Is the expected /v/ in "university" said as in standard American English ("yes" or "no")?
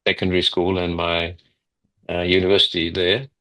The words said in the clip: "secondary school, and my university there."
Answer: yes